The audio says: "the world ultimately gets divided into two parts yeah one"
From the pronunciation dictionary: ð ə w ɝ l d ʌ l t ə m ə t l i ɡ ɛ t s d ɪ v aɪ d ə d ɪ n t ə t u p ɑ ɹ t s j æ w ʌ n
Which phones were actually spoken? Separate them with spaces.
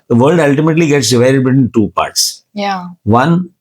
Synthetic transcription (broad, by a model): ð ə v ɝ l d ʌ l t ə m ə t l i ɡ ɛ t s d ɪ v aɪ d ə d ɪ t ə t u p ɑ ɹ t s j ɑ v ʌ n